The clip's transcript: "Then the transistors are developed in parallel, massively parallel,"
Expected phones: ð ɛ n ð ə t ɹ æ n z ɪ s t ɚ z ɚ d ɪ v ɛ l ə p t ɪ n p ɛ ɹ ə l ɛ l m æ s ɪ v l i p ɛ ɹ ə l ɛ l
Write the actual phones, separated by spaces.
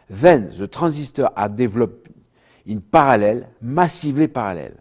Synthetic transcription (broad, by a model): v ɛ n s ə t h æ z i s t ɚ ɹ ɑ d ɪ v l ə p ɪ n p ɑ ɹ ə l ɛ l m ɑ s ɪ v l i p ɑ ɹ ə l ɛ l